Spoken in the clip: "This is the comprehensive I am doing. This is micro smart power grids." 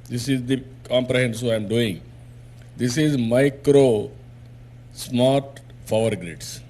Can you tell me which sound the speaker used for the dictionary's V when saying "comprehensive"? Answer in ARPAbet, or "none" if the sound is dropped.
none